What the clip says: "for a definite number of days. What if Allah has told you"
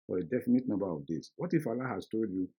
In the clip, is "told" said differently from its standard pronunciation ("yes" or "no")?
no